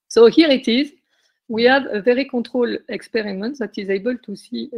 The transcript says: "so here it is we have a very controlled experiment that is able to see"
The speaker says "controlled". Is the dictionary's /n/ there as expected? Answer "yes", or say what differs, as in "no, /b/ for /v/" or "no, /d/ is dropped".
no, /n/ is dropped